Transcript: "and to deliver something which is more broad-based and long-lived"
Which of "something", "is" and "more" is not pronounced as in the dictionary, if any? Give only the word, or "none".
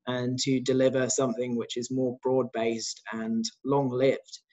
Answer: none